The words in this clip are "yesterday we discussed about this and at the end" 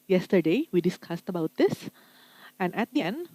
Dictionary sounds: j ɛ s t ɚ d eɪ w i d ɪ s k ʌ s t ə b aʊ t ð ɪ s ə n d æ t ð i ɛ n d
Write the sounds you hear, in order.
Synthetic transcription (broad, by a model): j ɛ s t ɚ d eɪ w i d ɪ s k ʌ s t ə b aʊ t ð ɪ s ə n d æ t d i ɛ n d